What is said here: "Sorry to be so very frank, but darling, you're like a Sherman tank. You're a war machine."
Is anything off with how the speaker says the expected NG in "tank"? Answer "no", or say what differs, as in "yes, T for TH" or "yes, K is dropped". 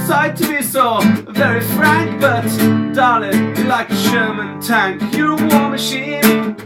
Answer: no